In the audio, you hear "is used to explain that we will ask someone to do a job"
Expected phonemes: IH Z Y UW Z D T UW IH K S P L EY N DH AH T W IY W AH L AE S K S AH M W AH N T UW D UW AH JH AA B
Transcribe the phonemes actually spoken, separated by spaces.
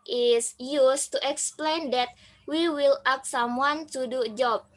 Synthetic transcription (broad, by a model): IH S Y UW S T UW IH K S P L EY N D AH T W IY W AH L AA K S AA M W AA N T UW D UW JH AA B